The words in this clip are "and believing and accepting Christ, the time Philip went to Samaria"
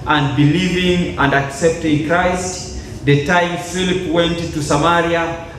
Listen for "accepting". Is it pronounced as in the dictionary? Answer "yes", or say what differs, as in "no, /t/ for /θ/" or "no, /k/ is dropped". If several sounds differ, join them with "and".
yes